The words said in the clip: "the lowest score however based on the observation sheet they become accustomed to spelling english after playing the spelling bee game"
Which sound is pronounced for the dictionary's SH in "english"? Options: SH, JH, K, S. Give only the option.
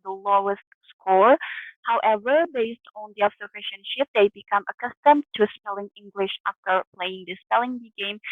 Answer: SH